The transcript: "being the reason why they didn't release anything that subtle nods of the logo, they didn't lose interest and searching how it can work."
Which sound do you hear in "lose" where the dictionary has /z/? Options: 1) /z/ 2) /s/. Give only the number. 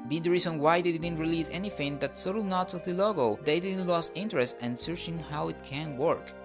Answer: 2